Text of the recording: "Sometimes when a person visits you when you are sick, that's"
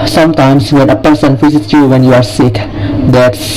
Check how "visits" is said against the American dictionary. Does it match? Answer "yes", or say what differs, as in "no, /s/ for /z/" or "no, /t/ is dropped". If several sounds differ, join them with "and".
no, /f/ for /v/